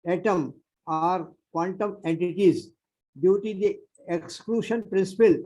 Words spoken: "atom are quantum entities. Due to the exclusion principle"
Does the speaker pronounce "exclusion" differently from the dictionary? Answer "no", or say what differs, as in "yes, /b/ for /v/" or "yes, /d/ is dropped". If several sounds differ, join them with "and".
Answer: yes, /ʃ/ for /ʒ/